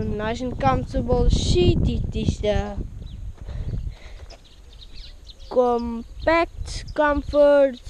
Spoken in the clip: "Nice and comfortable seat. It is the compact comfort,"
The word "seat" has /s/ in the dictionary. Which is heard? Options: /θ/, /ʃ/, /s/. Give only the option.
/ʃ/